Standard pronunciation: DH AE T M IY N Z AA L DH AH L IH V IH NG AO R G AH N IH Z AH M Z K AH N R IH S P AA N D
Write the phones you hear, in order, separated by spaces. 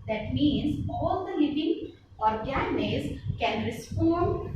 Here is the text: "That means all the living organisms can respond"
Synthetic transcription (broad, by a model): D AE T M IY N Z AA L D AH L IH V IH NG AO R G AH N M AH Z K AH N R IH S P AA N